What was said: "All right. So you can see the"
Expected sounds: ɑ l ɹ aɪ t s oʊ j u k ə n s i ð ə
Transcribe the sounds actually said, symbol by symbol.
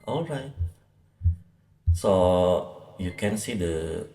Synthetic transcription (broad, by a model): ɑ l ɹ aɪ t s oʊ j u k ə n s i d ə